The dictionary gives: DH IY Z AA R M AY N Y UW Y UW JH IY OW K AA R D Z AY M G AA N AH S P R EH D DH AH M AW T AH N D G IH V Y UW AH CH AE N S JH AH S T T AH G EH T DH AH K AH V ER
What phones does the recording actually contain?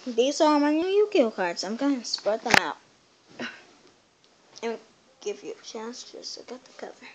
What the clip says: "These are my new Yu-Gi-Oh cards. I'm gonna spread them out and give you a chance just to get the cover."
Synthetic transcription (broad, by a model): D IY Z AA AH M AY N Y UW Y UW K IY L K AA R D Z AY M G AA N S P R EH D DH AH M AW T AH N G IH V Y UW AH CH AE N S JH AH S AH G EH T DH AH K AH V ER